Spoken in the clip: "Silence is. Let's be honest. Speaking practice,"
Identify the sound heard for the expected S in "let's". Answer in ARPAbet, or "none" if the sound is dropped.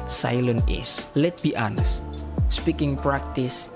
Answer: none